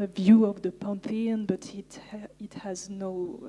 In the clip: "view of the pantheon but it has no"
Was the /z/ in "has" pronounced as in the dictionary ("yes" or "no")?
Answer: yes